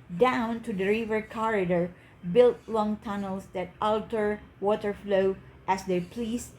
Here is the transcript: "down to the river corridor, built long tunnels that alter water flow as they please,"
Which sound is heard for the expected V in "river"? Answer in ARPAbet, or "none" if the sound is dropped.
V